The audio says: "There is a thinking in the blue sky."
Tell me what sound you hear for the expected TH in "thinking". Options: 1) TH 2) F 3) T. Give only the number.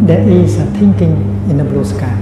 3